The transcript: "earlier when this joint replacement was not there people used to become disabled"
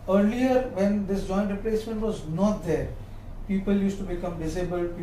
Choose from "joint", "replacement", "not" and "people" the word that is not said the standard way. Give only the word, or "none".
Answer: none